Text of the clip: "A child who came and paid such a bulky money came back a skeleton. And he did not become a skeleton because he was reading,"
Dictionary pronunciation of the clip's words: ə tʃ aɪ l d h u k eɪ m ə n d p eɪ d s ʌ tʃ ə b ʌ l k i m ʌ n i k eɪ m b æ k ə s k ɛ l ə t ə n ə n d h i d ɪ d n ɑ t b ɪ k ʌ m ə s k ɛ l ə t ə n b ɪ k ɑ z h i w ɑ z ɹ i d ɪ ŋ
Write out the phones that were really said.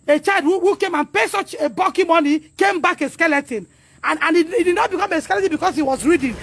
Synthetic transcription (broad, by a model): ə tʃ aɪ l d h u k eɪ m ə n p eɪ s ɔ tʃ ə b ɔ k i m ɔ n i k eɪ m b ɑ k ə s k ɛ l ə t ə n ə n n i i d ɪ d n ɑ t b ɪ k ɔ m ə s k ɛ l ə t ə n b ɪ k ɑ s h i w ɑ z ɹ i d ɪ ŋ